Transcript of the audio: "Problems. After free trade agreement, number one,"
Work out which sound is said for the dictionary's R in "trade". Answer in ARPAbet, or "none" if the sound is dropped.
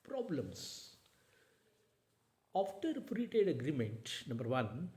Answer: none